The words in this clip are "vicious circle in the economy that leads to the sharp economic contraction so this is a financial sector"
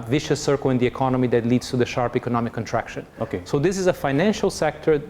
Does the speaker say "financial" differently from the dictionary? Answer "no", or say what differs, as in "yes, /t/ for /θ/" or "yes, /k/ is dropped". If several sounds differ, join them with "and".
no